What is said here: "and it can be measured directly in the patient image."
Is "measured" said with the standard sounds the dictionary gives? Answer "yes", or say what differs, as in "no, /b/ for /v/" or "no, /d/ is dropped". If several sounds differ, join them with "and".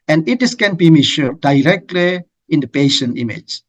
no, /ʃ/ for /ʒ/